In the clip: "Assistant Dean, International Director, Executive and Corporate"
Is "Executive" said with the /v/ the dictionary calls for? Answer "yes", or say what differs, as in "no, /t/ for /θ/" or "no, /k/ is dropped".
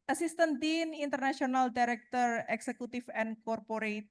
no, /f/ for /v/